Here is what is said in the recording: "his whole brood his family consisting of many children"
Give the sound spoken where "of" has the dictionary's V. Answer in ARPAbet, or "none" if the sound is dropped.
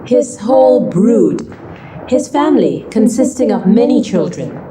V